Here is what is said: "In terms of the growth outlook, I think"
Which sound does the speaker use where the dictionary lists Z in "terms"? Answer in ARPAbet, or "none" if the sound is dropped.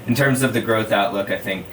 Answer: Z